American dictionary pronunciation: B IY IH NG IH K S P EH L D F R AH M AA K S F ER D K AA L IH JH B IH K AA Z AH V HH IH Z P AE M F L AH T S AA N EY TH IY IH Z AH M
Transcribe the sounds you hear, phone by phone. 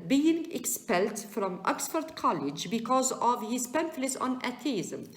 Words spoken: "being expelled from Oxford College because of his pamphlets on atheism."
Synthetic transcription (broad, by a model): B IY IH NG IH K S P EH L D F R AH M AA K S F ER D K AA L IH JH B IH K AA Z AH V HH IH Z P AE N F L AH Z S AA N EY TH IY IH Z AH M